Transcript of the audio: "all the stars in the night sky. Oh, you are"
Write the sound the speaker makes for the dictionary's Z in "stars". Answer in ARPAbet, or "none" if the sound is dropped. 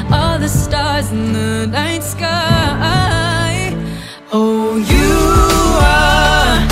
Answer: Z